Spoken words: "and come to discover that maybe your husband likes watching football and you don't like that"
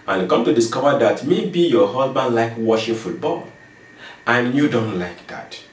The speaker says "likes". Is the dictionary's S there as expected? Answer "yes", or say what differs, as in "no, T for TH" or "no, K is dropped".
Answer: no, S is dropped